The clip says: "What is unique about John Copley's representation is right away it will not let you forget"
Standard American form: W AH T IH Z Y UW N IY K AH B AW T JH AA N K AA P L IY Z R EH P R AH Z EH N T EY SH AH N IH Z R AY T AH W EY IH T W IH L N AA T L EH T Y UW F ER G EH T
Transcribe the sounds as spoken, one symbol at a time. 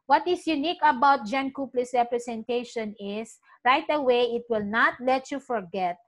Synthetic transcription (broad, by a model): W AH T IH S Y UW N IY K AH B AW T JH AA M K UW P L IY S R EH P R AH S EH N T EY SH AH N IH S R AY T AH W EY IH T W IH L N AA T L EH T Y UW F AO G EH T